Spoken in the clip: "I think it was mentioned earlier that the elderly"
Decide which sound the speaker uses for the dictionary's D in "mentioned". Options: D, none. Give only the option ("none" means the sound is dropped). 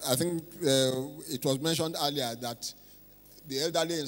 D